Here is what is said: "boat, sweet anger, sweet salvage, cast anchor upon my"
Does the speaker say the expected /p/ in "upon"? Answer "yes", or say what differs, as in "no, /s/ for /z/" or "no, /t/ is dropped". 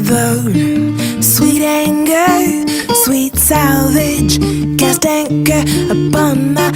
no, /b/ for /p/